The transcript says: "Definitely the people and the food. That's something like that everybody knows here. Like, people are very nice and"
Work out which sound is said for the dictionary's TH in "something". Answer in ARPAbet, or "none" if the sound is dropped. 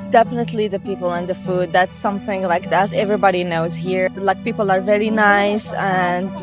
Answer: TH